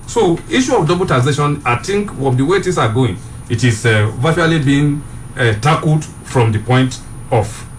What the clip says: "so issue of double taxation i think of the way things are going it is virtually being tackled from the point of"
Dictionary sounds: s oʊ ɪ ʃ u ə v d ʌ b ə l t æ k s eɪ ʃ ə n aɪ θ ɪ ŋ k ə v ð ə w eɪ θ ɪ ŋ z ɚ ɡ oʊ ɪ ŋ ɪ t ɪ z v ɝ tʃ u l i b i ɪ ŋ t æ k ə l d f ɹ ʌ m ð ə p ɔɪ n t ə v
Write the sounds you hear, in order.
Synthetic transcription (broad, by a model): s oʊ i ʃ u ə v d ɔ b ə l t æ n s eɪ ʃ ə n aɪ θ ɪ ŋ k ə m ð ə w eɪ t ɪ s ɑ ɡ oʊ ɪ ŋ ɪ t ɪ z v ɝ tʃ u l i b i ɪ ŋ t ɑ k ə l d f ɹ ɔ m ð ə p ɔɪ n t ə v